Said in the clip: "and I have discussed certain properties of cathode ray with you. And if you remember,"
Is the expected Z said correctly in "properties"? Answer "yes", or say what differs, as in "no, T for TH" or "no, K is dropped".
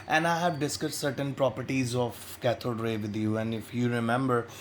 yes